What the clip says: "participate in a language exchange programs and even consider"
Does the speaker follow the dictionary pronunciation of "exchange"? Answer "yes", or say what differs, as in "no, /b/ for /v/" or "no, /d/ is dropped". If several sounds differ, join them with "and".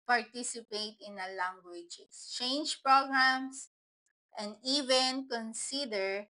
no, /k/ is dropped